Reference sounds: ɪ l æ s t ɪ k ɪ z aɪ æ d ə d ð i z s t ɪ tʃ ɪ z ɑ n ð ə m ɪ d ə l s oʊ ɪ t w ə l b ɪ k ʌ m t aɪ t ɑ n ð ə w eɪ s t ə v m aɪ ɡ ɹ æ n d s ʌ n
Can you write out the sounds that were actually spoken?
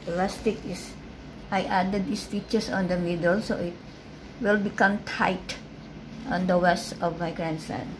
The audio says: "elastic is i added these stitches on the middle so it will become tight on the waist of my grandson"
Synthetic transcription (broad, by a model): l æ s t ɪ k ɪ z aɪ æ d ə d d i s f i tʃ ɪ s ɑ n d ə m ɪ d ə l s oʊ ɪ t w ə l b ɪ k ʌ m t aɪ t ɑ n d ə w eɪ s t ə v m aɪ ɡ ɹ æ n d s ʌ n